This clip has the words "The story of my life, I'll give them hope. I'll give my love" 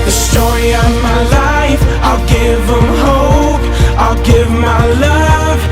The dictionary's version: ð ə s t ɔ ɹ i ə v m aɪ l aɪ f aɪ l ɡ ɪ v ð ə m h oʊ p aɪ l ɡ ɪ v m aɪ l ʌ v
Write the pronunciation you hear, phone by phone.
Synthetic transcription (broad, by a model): ð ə s t ɔ ɹ i ə v m aɪ l aɪ f aɪ l ɡ ɪ v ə m h oʊ p aɪ l ɡ ɪ v m aɪ l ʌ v